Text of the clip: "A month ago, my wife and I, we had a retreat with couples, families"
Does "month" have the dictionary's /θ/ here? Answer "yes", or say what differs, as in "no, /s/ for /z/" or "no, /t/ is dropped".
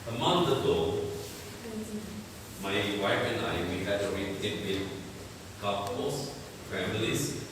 no, /t/ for /θ/